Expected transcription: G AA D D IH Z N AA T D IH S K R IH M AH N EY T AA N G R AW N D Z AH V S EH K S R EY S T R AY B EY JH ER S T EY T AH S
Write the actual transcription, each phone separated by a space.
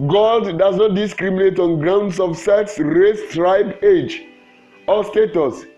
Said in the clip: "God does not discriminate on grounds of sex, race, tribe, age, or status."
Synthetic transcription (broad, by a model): G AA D D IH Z N AA T D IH S K R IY M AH N EY T AA N G R AW N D S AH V S EH K S R EY S T R AY B EY JH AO S T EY T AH S